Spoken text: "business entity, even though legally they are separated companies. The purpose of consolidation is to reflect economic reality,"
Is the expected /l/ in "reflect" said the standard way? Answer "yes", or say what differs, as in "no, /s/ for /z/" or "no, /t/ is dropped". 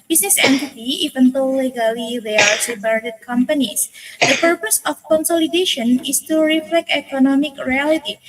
yes